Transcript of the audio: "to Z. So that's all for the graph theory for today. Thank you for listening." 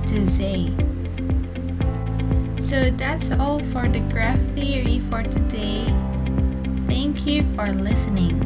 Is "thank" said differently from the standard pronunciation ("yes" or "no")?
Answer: no